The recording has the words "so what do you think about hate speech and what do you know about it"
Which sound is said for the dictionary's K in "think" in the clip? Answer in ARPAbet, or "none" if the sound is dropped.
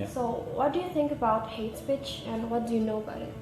K